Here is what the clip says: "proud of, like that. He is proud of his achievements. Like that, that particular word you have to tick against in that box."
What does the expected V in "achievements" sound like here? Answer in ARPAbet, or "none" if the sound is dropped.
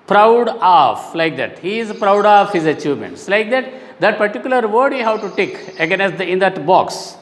V